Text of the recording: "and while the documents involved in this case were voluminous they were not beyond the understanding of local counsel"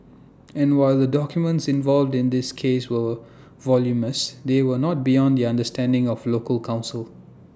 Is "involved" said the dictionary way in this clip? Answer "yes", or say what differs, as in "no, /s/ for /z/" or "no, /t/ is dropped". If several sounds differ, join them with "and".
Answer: yes